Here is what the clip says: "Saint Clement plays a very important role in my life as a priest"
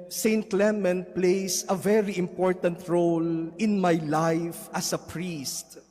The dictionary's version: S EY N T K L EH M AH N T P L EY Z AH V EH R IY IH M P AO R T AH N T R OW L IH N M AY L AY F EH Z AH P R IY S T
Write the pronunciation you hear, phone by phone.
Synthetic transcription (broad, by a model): S EY N T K L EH M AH N P L EY S AH V EH R IY IH M P AO R T AH N T R OW L IH N M AY L AY F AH S AH P R IY S T